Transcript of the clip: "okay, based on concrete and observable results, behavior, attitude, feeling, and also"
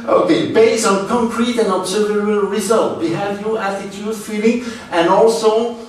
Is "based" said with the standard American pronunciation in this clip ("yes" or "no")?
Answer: no